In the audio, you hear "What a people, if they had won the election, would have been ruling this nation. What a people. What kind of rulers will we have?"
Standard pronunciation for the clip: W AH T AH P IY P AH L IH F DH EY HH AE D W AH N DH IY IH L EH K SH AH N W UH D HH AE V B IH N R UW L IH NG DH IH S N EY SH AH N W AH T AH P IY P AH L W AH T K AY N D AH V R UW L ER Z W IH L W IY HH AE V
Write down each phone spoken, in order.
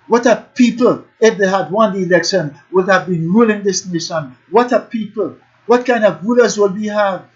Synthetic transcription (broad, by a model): W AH T AH P IY P AH L IH F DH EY HH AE D W AH N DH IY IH L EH K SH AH N W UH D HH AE V B IH N R UW L IH NG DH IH S N EY SH AH N W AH T AH P IY P AH L W AH T K AY N D AH V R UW L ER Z W IH L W IY HH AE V